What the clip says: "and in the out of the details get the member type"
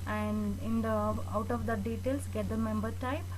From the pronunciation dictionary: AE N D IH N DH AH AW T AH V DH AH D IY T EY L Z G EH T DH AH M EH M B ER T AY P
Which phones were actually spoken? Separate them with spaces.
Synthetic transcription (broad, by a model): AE N D IH N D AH AW T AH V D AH D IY T EY L S G EH T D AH M EH M B ER T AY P